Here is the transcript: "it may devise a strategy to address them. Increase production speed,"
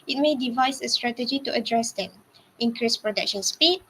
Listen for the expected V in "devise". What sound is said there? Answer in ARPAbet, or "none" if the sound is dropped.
V